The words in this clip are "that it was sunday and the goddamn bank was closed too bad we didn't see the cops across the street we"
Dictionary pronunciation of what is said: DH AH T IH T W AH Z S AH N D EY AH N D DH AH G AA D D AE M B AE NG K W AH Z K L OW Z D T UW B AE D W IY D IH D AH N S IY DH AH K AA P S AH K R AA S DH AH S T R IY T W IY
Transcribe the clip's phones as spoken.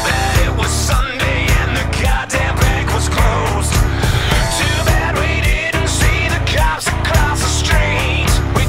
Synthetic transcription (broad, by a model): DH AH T IH T W AH Z S AH N D EY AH N DH AH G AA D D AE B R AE K W AH Z K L OW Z T UW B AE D W IY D IH D N S IY DH AH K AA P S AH K L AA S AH S T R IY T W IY